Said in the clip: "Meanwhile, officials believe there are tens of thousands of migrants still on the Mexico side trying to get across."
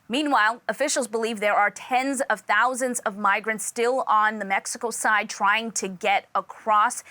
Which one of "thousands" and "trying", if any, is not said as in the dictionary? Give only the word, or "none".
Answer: none